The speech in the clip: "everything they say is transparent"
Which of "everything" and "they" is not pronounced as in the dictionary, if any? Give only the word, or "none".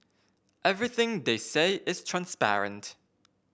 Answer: none